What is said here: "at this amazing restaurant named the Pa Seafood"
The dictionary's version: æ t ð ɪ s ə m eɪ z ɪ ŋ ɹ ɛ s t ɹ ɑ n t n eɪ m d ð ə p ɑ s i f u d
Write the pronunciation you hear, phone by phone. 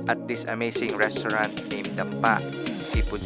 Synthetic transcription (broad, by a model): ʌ t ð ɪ s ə m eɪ s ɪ ŋ ɹ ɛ s t ɹ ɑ n t n eɪ m d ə p ɑ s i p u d